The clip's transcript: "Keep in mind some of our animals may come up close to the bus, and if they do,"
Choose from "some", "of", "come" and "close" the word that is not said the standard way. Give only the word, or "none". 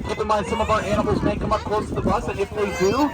none